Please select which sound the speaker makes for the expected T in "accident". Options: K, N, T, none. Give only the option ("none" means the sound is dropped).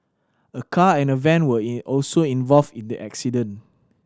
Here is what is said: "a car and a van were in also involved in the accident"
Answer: none